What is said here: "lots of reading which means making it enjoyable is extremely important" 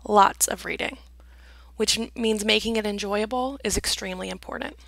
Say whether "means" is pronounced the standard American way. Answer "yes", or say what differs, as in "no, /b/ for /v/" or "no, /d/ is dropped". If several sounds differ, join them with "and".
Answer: yes